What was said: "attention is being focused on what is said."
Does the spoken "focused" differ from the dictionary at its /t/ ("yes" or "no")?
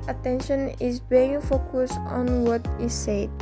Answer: yes